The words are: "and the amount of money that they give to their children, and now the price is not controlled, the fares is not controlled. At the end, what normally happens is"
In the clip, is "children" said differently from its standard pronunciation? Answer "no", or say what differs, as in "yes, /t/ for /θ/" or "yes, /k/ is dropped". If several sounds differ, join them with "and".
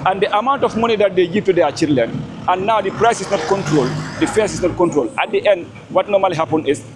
yes, /l/ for /ɹ/